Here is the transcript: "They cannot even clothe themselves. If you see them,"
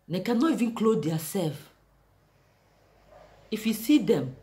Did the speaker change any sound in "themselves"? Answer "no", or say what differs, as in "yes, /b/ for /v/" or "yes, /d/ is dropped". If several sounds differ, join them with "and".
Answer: yes, /m/ is dropped